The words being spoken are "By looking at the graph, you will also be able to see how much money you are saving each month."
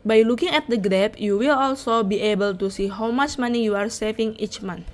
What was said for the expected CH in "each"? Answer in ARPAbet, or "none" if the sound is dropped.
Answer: CH